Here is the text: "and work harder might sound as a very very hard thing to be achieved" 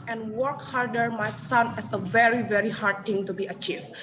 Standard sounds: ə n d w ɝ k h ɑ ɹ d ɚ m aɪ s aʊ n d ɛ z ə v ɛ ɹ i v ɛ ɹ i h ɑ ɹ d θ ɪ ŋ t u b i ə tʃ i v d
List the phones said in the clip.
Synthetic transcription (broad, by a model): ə n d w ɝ k h ɑ ɹ d ɚ m aɪ s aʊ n ɛ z ə v ɛ ɹ i v ɛ ɹ i h ɑ ɹ d t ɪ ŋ t u b i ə tʃ i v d